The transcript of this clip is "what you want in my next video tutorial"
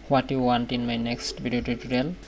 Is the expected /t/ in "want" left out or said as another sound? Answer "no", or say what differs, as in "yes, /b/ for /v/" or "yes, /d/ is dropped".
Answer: no